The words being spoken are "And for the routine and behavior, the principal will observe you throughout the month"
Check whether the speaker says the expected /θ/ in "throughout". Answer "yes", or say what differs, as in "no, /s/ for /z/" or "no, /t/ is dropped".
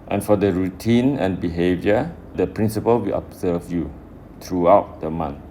no, /t/ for /θ/